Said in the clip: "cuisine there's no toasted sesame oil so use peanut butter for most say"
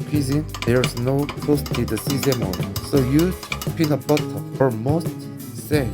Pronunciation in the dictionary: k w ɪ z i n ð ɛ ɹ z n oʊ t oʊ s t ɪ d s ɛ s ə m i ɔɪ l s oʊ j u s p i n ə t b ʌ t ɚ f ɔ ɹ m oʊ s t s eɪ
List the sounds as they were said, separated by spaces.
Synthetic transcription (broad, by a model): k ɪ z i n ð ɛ ɹ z n oʊ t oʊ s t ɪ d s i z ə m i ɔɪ s oʊ j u p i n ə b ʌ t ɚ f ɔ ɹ m oʊ s t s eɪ